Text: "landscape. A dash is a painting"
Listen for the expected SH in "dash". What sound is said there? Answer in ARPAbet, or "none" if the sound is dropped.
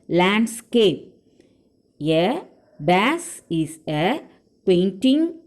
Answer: S